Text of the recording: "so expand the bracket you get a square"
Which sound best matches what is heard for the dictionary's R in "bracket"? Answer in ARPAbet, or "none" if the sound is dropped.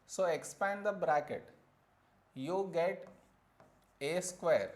R